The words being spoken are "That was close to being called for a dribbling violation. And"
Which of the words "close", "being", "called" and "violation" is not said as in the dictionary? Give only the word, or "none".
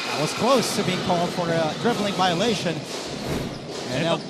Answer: none